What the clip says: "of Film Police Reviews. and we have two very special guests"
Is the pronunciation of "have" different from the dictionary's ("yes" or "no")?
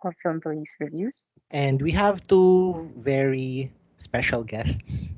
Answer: no